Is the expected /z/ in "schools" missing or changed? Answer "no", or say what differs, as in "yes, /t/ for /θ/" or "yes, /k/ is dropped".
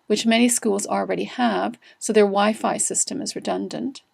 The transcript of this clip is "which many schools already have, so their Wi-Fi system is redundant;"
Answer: no